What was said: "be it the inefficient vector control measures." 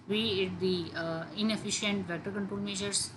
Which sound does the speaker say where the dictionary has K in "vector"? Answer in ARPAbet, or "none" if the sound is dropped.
none